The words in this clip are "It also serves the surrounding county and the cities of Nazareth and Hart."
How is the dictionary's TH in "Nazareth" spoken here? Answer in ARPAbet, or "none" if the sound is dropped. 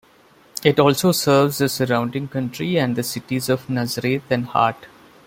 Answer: T